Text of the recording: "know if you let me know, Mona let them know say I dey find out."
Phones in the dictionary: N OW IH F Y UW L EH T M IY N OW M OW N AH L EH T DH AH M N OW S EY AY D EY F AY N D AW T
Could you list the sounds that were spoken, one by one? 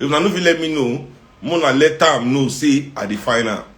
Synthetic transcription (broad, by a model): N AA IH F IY L EH T M IY N OW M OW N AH L EH T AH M N OW S EY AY D EY F AY N AW